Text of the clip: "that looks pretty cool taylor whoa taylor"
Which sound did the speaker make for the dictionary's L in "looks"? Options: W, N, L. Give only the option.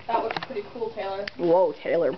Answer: W